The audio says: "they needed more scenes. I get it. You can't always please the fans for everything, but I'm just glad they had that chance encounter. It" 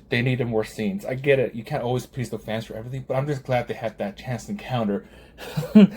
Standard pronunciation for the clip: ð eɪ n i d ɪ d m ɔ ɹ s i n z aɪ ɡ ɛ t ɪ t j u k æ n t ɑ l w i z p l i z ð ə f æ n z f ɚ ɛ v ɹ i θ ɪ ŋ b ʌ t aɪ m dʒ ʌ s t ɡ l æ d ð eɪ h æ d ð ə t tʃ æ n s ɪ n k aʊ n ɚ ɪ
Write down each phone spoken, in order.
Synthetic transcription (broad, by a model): ð eɪ n i d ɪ m ɔ ɹ s i n z aɪ ɡ ɛ t ɪ t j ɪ k æ n t ɑ l w i z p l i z ð ə f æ n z f ɚ ɛ v ɹ i θ ɪ ŋ b ʌ t aɪ m dʒ ʌ s ɡ l æ d ð eɪ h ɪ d ð ə t tʃ æ n s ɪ n k aʊ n ɚ